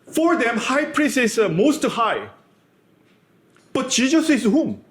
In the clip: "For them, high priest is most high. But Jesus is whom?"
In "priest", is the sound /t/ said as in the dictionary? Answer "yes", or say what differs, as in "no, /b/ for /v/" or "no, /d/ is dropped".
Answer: no, /t/ is dropped